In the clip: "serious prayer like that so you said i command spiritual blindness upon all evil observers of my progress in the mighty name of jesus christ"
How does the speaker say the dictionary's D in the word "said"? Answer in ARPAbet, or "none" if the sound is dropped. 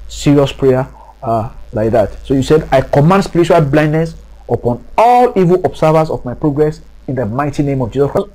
D